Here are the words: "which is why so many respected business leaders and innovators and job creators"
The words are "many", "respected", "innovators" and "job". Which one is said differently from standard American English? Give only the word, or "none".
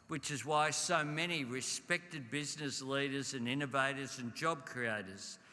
none